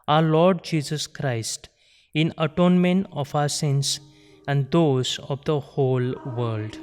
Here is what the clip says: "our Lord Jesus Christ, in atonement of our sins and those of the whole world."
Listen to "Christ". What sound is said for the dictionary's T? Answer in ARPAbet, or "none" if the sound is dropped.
T